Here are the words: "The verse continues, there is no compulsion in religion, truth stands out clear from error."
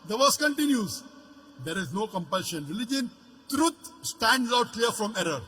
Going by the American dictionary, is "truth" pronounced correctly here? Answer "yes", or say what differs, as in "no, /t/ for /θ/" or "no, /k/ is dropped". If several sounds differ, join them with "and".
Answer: no, /t/ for /θ/